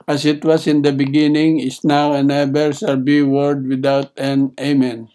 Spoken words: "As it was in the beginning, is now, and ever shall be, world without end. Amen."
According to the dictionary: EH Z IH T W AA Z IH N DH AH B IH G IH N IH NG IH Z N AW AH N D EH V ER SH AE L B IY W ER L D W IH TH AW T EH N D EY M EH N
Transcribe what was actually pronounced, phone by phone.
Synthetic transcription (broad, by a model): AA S IH T W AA S IH N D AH B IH G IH N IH NG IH S N AW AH N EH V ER S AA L B IY W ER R D W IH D AW T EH N EY M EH N